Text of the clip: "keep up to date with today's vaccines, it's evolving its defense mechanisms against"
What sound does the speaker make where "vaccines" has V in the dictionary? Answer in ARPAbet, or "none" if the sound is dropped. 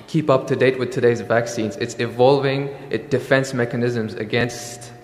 V